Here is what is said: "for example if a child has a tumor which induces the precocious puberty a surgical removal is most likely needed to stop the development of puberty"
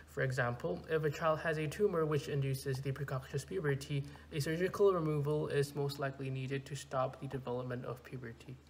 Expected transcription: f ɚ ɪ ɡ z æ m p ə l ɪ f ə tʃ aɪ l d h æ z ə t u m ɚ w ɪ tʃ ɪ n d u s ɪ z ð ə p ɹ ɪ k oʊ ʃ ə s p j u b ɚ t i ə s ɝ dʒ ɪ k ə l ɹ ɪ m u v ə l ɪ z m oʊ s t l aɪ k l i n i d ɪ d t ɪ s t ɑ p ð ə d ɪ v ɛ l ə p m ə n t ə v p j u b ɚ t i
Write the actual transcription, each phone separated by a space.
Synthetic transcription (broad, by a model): f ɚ ɪ ɡ z æ m p ə l ɪ f ə tʃ aɪ l d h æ z ə t u m ɚ w ɪ tʃ ɪ n d u s ɪ z ð ə p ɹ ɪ k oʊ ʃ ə s p j u b ɚ t i ə s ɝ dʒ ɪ k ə l ɹ ɪ m u v ə l ɪ z m oʊ s t l aɪ k l i n i d ɪ d t ɪ s t ɑ p ð ə d ɪ v ɛ l ə p m ə n t ə v p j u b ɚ t i